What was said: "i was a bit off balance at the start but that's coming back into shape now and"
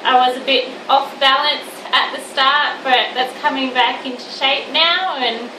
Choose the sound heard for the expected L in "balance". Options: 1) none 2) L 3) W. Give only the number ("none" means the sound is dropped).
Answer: 2